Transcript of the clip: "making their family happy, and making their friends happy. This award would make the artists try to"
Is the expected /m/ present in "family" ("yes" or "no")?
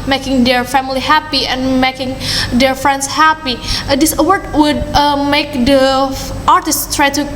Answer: yes